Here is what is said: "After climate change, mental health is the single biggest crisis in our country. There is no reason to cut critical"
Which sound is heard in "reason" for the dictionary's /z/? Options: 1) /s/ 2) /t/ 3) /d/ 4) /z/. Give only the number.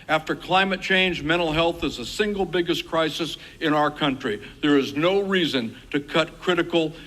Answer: 4